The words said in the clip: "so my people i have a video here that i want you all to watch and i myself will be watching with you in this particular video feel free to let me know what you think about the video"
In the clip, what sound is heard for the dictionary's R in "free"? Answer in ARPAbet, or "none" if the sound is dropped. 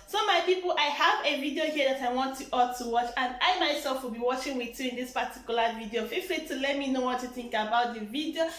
L